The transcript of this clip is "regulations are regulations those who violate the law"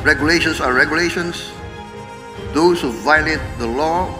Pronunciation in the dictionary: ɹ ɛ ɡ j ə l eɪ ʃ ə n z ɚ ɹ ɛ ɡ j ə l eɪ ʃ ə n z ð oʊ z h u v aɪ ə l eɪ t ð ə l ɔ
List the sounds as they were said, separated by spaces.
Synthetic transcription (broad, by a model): ɹ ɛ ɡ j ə l eɪ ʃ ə n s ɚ ɹ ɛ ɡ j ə l eɪ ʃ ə n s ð oʊ s h u v aɪ ə l eɪ t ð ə l ɔ